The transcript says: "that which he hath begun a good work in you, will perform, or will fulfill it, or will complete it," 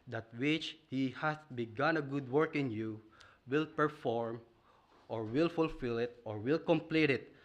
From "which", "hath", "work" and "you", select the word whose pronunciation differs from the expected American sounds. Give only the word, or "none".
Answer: hath